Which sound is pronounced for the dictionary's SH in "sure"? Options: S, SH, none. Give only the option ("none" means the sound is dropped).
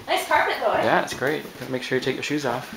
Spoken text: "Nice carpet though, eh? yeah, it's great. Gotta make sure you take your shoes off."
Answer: SH